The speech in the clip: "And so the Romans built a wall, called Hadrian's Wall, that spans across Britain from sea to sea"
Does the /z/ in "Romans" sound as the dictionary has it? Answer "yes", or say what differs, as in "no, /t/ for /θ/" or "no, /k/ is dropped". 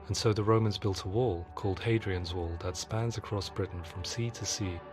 yes